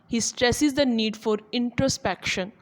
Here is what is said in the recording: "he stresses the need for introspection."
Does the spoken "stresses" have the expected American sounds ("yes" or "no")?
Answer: yes